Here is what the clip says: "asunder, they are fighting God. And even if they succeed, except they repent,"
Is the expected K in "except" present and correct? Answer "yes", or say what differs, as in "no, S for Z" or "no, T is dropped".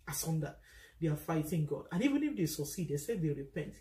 no, K is dropped